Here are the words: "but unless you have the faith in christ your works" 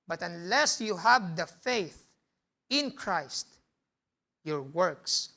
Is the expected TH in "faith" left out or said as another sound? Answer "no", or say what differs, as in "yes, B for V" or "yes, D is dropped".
no